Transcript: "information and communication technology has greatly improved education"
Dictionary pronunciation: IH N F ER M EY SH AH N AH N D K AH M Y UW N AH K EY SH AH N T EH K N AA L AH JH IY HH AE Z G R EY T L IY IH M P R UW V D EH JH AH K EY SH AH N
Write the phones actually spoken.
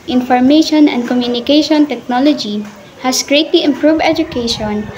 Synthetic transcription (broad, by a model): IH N F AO M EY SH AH N AH N D K AH M Y UW N AH K EY SH AH N T EH K N AA L AH JH IY HH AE S G R EY T L IY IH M P R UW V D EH JH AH K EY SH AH N